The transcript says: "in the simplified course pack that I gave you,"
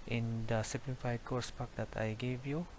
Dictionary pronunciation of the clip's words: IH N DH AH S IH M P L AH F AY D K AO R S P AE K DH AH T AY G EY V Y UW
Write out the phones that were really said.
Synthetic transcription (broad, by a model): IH N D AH S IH P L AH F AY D K AO R S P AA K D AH T AY G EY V Y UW